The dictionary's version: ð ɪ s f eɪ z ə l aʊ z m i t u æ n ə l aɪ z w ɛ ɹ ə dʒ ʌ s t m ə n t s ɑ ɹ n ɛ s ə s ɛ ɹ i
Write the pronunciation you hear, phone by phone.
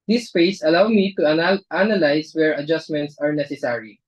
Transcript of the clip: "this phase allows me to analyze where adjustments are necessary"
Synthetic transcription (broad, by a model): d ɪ s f eɪ s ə l aʊ m i t u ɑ n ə l aɪ s w ɛ ɹ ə dʒ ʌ s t m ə n t s ɑ ɹ n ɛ s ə s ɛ ɹ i